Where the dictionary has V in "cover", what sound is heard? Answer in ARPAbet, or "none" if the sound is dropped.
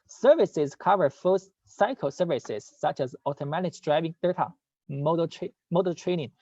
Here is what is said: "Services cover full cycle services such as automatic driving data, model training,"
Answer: V